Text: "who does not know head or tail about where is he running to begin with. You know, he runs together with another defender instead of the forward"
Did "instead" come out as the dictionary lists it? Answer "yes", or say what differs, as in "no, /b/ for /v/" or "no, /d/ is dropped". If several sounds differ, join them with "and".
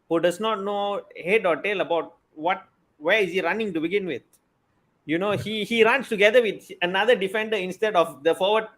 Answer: yes